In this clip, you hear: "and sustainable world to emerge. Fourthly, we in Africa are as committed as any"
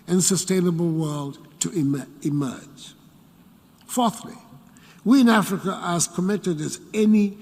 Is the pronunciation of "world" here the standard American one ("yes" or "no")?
yes